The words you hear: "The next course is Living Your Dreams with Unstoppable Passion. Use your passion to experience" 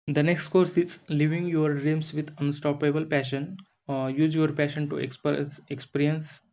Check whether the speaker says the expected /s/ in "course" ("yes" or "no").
yes